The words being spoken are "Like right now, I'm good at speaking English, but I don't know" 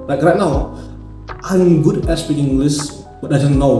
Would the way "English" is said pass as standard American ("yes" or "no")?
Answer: no